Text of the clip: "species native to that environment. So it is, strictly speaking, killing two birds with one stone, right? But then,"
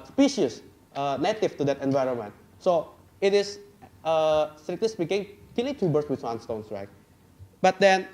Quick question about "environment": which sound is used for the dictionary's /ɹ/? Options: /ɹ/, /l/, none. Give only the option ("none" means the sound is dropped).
/ɹ/